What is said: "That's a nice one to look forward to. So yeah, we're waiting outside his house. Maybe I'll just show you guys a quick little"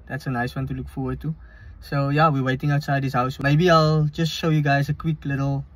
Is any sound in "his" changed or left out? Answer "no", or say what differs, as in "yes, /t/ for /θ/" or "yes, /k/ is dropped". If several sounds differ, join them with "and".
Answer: yes, /s/ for /z/